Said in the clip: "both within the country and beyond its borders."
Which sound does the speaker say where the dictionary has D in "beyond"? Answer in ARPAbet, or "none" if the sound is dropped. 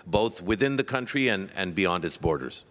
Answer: D